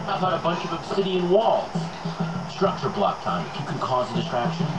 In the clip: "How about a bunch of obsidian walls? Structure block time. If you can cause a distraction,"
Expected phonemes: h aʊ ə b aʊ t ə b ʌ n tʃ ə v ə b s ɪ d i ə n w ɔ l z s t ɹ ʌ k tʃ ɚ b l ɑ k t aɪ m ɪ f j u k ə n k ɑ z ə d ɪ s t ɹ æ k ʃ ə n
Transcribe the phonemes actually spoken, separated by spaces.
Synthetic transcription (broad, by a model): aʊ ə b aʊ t ə b ʌ n tʃ ə v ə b s ɪ d i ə n w ɔ l z s t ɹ ʌ k tʃ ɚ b l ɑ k t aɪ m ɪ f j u k ə n k ɑ z ə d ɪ s t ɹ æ k ʃ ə n